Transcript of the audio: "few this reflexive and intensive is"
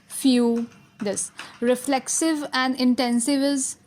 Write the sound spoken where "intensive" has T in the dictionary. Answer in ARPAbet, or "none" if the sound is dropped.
T